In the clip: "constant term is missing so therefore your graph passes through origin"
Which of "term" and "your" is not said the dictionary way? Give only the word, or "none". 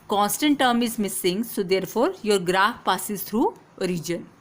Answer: none